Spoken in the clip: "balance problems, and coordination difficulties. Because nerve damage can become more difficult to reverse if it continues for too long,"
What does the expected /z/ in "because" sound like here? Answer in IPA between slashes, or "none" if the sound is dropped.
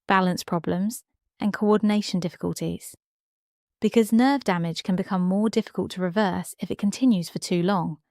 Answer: /z/